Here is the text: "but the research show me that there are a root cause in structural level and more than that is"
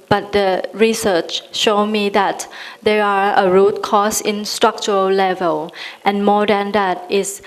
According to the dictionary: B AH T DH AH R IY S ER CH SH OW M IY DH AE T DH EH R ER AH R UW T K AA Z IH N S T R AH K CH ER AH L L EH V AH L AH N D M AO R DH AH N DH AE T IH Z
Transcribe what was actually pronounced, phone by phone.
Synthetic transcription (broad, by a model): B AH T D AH R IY S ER CH SH OW M IY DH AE T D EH R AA AH R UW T K AA S IH N S T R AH K CH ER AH L L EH V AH L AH N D M AO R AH N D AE T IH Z